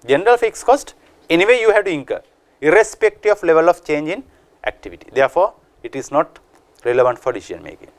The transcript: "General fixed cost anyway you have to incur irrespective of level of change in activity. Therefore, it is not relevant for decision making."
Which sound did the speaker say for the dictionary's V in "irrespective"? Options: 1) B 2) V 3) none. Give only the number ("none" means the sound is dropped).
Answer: 3